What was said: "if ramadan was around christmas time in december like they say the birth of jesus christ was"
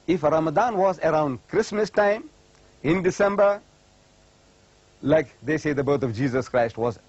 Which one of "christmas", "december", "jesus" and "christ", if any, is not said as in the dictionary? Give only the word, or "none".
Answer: none